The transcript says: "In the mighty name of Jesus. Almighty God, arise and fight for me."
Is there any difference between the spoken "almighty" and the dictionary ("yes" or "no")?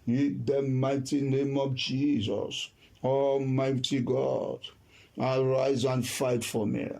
yes